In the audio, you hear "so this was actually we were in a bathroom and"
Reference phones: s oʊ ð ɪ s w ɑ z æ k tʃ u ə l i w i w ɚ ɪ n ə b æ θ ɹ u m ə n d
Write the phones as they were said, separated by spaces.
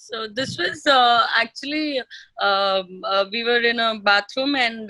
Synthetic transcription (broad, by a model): s oʊ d ɪ s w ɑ z æ k tʃ u ə l i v i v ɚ ɪ n ə b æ t ɹ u m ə n d